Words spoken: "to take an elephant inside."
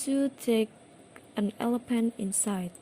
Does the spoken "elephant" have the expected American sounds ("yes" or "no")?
no